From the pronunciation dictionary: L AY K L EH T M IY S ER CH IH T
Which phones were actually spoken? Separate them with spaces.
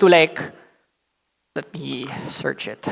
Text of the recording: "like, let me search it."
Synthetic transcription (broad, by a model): L AY K L EH T M IY S ER CH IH T